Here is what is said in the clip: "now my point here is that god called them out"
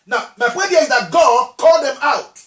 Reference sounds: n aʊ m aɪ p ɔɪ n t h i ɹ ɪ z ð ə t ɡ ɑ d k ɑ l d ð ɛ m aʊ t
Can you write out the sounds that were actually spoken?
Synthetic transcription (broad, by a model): n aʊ m aɪ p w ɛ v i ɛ ɪ z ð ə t ɡ ɑ d k ɑ l d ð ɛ m aʊ t